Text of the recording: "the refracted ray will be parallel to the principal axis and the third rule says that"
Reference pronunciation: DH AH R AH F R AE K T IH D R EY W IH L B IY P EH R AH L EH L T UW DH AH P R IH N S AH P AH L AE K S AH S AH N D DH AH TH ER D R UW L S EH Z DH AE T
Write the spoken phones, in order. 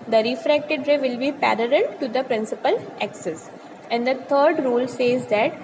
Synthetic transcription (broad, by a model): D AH R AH F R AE K T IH D R EY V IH L B IY P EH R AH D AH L T UW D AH P R IH N S AH P AH L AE K S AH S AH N D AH T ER D R UW L S EH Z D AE T